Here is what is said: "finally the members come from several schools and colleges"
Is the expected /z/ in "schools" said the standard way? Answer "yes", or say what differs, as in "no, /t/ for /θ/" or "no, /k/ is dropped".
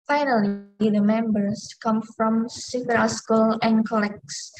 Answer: no, /z/ is dropped